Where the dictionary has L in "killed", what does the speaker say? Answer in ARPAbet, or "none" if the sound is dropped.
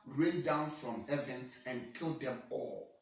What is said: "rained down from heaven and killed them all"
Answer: L